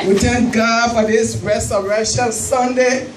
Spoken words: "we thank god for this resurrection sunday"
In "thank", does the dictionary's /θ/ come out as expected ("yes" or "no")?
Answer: no